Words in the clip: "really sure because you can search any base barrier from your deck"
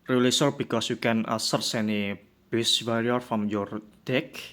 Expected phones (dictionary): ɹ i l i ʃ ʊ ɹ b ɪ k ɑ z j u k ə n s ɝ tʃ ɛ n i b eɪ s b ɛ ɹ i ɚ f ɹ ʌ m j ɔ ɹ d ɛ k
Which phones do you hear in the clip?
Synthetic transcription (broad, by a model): ɹ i l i s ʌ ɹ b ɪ k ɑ s j u k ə n s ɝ s ɛ n i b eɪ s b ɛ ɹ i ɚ f ɹ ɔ m j ɔ ɹ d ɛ k